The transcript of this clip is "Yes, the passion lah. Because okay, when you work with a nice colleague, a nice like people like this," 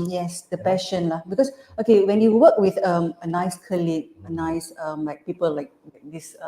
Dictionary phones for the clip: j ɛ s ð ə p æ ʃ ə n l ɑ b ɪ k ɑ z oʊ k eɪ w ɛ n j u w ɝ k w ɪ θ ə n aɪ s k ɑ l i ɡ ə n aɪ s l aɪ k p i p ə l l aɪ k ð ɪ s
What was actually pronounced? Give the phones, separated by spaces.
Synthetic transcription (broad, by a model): j ɛ s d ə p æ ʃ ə n l ɑ b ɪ k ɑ s oʊ k eɪ w ɛ n j u w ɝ k w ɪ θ ə n aɪ s k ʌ l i ə n aɪ s l aɪ k p i p ə l l aɪ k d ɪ s